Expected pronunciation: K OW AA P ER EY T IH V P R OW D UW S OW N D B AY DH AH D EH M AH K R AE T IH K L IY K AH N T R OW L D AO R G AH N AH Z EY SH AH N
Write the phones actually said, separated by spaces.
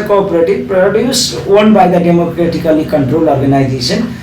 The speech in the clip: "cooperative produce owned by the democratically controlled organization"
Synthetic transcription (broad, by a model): K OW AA P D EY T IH P R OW D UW S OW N B AY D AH D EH M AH K R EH T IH K L IY K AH N T R OW L AO R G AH N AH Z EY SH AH N